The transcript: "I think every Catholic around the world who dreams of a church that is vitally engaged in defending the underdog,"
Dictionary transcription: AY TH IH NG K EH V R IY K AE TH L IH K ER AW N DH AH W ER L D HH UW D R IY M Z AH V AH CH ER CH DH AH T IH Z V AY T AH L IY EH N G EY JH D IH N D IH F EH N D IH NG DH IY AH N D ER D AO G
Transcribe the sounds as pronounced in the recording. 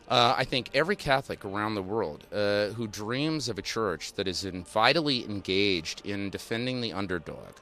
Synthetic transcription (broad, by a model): AY TH IH NG K EH V R IY K AE TH L IH K ER AW N DH AH W ER L D HH UW D R IY M Z AH V AH CH ER CH DH AH T IH Z V AY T L IY EH N G EY JH D IH N D IH F EH N D IH NG DH IY AH N D ER D AO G